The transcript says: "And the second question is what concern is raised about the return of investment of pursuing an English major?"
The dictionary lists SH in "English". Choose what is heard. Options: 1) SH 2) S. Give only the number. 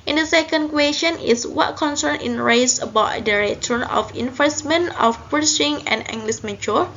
2